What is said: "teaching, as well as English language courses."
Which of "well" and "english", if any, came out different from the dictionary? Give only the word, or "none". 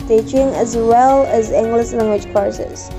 english